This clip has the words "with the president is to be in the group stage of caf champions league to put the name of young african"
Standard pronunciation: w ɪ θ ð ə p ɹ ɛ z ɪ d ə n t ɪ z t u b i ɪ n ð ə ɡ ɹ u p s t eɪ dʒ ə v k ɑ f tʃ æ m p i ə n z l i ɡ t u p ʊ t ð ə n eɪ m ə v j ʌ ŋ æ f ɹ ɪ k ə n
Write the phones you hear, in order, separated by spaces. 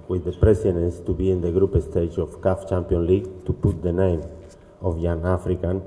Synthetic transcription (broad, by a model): w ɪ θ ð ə p ɹ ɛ s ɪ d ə n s t u b i ɪ n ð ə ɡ ɹ u p s t eɪ dʒ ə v k ɑ f tʃ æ m p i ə n l i ɡ t u p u t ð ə n eɪ m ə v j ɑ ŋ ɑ f ɹ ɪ k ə n